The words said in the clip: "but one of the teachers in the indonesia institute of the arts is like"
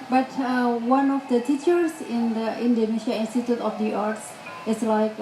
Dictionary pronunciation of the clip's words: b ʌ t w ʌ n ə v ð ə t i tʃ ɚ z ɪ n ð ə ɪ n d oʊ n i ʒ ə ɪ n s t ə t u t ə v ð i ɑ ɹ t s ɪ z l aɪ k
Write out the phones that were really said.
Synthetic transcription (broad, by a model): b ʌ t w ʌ n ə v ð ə t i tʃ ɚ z ɪ n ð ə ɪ n d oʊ n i ʃ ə ɪ n s t ə t u t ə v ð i ɑ ɹ t s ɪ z l aɪ k